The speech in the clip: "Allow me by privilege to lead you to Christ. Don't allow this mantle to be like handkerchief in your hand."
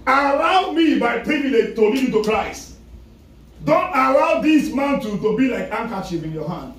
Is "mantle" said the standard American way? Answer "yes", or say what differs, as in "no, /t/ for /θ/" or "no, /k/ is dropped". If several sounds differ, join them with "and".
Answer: no, /n/ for /l/